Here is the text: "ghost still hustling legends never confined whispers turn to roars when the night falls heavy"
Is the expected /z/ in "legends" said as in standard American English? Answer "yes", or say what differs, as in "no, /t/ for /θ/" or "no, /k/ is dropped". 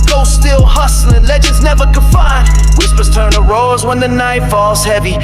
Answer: yes